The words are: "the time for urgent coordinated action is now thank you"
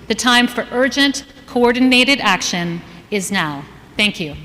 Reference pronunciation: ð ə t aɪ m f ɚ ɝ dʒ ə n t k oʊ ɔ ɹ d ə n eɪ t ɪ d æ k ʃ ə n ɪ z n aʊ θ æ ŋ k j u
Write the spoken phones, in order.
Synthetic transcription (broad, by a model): ð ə t aɪ m f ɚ ɝ dʒ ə n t k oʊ ɔ ɹ d n eɪ t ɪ d æ k ʃ ə n ɪ z n aʊ θ æ ŋ k j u